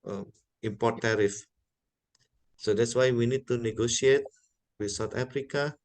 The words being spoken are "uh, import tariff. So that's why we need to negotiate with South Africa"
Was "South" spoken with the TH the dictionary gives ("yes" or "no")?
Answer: no